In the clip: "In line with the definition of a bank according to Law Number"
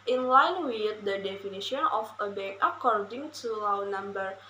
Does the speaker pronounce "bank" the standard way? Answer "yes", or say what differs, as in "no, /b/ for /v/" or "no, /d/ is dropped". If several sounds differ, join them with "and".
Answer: no, /ŋ/ is dropped